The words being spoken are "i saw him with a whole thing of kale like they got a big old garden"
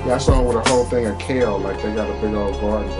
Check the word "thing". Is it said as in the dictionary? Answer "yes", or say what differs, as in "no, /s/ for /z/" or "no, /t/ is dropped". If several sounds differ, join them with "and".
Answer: yes